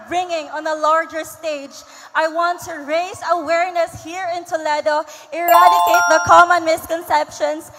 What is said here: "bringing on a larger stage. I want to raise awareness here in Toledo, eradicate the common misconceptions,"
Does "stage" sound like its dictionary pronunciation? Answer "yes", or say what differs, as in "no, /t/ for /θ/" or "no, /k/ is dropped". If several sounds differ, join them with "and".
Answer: yes